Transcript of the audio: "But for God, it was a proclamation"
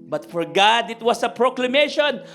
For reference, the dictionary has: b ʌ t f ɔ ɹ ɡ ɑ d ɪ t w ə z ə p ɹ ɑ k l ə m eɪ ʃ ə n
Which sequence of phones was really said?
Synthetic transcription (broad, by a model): b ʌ t f ɔ ɹ ɡ ɑ d ɪ t w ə s ə p ɹ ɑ k l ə m eɪ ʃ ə n